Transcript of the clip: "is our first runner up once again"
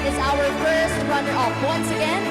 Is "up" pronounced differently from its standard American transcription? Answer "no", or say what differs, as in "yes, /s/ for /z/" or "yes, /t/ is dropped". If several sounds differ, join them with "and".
yes, /f/ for /p/